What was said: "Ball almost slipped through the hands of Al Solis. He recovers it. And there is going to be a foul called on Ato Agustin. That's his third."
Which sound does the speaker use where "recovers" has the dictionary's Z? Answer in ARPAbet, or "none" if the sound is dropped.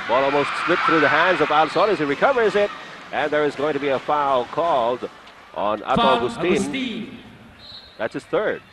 Z